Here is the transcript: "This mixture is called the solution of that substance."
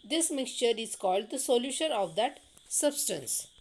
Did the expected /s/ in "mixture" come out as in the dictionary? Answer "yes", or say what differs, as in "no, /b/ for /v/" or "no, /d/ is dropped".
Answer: yes